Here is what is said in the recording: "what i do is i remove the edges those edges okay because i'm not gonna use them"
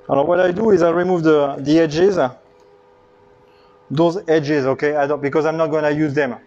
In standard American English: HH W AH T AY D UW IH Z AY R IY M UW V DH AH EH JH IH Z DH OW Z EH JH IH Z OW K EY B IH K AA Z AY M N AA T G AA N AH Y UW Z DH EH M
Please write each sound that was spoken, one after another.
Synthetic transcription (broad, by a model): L W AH T AY D UW IH Z AY R IY M UW V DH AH EH JH IH Z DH OW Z EH JH IH Z OW K EY B IH K AA Z AY M N AA T G AA N AH Y UW Z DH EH M